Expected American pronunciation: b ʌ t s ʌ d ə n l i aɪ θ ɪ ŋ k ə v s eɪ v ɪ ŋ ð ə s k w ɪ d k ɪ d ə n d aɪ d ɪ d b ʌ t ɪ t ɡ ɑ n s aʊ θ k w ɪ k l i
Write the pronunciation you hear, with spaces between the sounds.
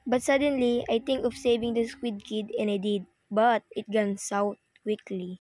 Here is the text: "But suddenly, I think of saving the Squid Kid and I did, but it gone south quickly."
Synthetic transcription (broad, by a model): b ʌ t s ʌ d ə n l i aɪ t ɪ ŋ k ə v s eɪ v ɪ ŋ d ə s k w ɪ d k ɪ d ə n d aɪ d ɪ d b ʌ t ɪ t ɡ ɑ n s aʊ t k w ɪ k l i